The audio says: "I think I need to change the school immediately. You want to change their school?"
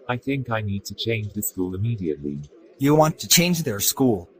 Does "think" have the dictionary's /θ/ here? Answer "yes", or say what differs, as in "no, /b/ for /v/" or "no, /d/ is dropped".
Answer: yes